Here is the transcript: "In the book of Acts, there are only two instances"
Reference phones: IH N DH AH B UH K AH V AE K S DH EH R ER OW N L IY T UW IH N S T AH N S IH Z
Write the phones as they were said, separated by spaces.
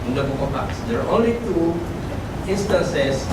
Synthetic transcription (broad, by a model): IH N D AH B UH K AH P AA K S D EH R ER OW N L IY T UW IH N S T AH N S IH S